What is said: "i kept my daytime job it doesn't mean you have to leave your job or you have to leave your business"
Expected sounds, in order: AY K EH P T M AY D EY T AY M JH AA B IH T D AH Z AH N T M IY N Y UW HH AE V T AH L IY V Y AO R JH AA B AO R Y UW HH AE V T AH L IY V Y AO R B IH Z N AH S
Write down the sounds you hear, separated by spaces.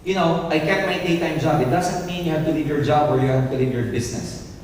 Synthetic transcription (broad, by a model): AY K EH T M AY D EY T AY M JH AA B IH T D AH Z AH N T M IY N Y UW HH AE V T AH L IY V Y AO R JH AA B AO R Y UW HH AE V T AH L IY V Y AO R B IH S N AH S